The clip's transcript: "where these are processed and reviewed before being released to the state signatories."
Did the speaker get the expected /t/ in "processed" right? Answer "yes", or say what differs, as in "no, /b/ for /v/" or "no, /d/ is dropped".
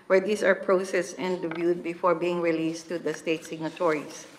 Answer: no, /t/ is dropped